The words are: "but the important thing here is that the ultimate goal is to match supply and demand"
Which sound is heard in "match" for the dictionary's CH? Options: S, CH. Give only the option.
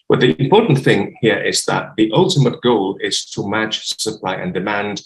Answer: S